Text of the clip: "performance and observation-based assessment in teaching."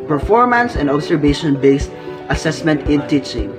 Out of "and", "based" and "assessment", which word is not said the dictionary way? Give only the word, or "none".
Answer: none